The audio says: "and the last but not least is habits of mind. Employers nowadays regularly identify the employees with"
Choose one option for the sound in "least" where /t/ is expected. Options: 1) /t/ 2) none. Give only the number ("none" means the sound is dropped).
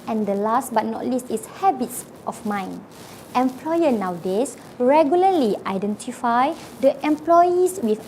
1